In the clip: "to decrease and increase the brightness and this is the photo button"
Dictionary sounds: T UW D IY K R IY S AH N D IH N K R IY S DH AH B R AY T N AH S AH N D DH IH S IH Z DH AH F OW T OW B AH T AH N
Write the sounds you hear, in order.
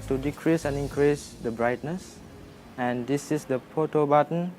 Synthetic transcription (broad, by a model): T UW D IY K R IY S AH N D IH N K R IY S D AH B R AY T N AH S AH N D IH S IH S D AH P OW T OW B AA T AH N